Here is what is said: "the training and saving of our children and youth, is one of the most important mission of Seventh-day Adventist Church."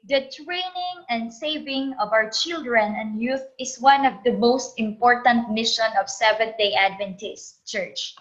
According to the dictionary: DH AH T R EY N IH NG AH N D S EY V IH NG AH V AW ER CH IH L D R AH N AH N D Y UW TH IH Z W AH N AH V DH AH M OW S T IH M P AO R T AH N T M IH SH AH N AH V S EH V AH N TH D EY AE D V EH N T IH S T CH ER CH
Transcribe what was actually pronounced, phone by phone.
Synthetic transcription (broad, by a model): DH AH T R EY N IH NG AH N D S EY V IH NG AH V AW ER CH IH L D R AH N AH N D Y UW TH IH S W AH N AH V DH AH M OW S T IH M P AO R T AH N T M IH SH AH N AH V S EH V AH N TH D EY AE D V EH N T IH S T CH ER CH